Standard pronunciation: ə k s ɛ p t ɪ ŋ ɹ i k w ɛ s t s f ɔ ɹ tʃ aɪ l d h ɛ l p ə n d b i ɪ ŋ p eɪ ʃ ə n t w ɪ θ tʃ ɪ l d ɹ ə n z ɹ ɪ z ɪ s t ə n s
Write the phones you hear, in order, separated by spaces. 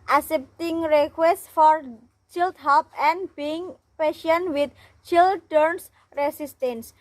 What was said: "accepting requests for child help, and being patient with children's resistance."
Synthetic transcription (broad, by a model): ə s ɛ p t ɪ ŋ ɹ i k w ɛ s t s f ɔ ɹ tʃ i l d h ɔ p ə n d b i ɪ ŋ p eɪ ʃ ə n w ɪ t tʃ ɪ l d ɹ n s ɹ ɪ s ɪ s t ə n s